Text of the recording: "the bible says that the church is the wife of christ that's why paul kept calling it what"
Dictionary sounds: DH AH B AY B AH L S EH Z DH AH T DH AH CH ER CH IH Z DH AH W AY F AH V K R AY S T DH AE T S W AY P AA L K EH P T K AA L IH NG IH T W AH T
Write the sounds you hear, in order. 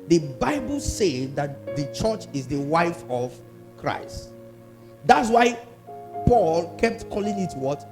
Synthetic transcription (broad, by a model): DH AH B AY B AH L S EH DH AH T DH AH CH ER CH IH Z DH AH W AY F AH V K R AY S T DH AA T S W AY P AA L K EH P T K AA L IH NG IH T W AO T